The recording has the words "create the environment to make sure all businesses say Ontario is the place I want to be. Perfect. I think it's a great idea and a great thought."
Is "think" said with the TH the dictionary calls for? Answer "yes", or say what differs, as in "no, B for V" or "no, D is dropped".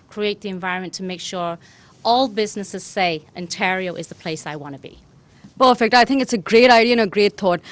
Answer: yes